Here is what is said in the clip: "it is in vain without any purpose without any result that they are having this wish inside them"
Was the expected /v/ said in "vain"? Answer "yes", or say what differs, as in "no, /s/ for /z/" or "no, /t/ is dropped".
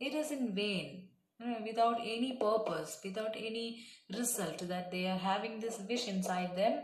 yes